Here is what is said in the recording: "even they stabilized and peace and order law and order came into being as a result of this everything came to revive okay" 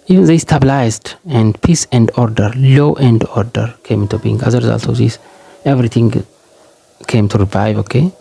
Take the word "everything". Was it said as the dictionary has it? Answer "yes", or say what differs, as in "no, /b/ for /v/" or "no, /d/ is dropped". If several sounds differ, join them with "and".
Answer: no, /t/ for /θ/